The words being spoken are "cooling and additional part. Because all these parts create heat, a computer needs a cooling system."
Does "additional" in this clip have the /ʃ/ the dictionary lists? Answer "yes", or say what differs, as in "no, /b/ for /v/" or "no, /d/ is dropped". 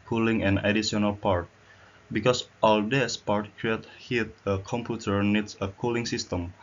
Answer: no, /ʃ/ is dropped